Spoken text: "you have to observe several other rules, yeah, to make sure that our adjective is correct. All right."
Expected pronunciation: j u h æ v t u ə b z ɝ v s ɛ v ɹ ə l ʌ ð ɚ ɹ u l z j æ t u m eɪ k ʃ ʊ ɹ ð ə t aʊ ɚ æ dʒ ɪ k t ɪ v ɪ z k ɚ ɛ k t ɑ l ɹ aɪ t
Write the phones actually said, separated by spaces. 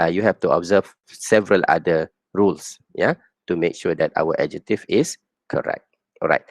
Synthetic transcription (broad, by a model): j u h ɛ f t u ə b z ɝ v s ɛ v ɹ ə l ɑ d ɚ ɹ u l s j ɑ t u m eɪ k ʃ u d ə t aʊ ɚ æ dʒ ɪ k t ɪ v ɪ s k ɚ ɛ k t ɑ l ɹ aɪ t